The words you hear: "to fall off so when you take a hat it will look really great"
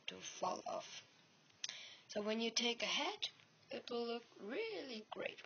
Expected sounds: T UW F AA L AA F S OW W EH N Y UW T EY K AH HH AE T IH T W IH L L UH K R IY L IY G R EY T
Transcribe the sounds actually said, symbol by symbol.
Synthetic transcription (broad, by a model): T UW F AA L AA F S OW W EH N Y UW T EY K AH HH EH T IH T W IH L L UH K R IY L IY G R EY T